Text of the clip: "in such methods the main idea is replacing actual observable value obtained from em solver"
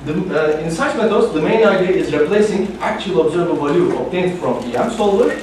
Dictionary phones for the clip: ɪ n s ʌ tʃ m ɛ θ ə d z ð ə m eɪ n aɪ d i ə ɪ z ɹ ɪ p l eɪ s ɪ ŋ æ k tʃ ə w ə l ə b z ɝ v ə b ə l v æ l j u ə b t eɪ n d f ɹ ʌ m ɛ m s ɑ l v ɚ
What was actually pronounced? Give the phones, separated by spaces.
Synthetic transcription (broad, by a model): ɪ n s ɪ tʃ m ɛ t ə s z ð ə m eɪ n aɪ d i ə ɪ z ɹ ɪ p l eɪ s ɪ ŋ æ k tʃ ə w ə l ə b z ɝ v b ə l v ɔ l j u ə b t eɪ n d f ɹ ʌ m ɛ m s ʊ l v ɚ